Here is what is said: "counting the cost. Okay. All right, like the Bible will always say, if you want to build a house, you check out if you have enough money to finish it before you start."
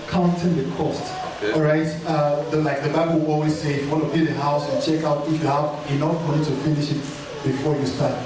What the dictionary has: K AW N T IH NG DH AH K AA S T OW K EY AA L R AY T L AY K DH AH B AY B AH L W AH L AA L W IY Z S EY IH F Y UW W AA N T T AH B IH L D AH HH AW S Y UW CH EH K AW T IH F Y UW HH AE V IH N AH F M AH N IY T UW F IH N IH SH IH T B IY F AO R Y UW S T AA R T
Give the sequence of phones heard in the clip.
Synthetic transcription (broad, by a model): K AW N T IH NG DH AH K AA S T OW K EY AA R AY T L AY K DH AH B AY B AH L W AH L AA L W IY Z S EY IH F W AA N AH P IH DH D AH HH AW S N CH EH K AW T IH F Y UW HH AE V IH N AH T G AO IY T UW F IH N IH SH IH T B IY F AO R Y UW S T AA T